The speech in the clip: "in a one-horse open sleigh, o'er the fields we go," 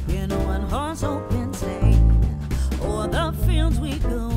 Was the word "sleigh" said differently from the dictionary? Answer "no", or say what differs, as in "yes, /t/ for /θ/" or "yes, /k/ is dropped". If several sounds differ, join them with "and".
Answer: yes, /l/ is dropped